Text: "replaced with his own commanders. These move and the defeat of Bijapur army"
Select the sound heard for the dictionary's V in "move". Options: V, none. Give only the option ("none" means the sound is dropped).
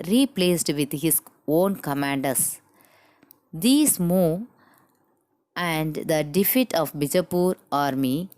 none